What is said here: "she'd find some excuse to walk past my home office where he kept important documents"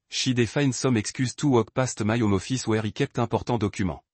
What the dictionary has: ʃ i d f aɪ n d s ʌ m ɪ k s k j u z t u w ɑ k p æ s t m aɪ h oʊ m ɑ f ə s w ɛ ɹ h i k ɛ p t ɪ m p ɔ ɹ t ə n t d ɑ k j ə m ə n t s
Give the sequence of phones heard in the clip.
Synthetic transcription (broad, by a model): ʃ i d f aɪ n s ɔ m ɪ k s k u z t u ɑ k p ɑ s t m aɪ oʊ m ɑ f ə s w ɛ ɹ i k ɛ p t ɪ p ɔ ɹ t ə d ɑ k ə m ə